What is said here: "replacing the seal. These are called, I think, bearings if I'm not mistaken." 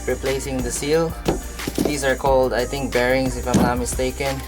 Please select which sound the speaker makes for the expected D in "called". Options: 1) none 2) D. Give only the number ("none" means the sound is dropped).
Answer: 2